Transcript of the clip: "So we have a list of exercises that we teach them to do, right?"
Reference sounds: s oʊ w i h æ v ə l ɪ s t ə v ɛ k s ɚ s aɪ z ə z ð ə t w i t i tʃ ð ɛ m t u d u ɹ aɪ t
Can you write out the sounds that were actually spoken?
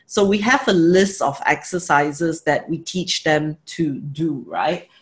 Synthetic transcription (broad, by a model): s oʊ w i h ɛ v ə l ɪ s t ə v ɛ k s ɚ s aɪ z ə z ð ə t w i t i tʃ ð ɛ m t u d u ɹ aɪ t